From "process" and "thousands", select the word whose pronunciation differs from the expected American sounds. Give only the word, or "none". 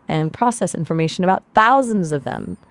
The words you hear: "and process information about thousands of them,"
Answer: none